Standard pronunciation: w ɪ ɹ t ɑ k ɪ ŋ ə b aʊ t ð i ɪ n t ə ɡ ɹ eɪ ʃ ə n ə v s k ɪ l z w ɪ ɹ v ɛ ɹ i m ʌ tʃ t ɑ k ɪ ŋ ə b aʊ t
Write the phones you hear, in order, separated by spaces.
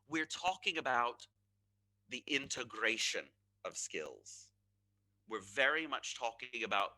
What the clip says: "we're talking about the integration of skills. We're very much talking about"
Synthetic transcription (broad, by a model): w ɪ ɹ t ɑ k ɪ ŋ ə b aʊ t ð i ɪ n t ə ɡ ɹ eɪ ʃ ə n ə v s k ɪ l z w ɪ ɹ v ɛ ɹ i m ʌ tʃ t ɑ k ɪ ŋ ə b aʊ t